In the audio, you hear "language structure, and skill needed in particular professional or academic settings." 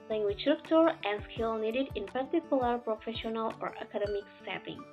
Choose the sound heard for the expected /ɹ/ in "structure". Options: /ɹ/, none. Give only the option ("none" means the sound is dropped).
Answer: none